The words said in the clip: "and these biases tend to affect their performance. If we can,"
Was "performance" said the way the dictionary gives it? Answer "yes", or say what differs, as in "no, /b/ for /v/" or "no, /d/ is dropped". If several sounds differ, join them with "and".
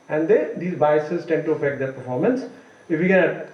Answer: yes